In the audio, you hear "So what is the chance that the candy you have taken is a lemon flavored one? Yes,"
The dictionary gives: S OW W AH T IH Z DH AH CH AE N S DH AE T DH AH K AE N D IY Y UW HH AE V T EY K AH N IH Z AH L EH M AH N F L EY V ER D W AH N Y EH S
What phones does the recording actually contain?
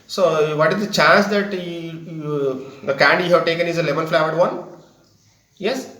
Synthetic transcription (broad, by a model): S OW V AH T IH Z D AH CH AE N S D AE T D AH K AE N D Y UW HH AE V T EY K AH N IH Z AH L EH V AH L F L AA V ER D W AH N Y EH S